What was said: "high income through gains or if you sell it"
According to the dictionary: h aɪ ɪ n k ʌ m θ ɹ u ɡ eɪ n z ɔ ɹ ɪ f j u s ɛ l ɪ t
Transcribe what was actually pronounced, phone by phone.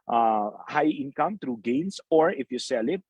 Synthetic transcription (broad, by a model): h aɪ ɪ n k ʌ m t ɹ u ɡ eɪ n s ɔ ɹ ɪ f j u s ɛ l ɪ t